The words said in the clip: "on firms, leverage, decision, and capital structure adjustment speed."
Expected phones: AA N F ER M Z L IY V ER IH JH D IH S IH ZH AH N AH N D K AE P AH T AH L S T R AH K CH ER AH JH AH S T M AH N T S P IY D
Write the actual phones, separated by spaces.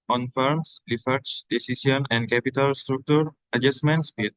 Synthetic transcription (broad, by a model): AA N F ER M S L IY F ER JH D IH S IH S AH N AH N D K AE P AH T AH L S T R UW K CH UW AH JH AH S T M AH N T S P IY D